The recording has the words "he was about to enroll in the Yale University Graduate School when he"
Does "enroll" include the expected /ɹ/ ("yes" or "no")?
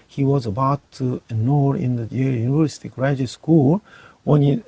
no